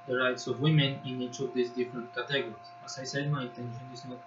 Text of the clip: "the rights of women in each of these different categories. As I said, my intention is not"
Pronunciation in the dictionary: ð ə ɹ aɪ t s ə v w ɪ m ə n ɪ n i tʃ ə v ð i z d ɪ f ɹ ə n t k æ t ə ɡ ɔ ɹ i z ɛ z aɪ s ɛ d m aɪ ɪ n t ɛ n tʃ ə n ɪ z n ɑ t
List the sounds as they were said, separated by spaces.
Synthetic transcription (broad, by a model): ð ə ɹ aɪ t s ə v w ɪ m ə n ɪ n i tʃ ə v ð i s d ɪ f ɹ ə n t k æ t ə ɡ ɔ ɹ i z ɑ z aɪ s ɛ d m aɪ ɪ n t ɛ n ʃ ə n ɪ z n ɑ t